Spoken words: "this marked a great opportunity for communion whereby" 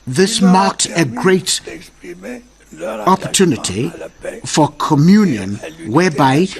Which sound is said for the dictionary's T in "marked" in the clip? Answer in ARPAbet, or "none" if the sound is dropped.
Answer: T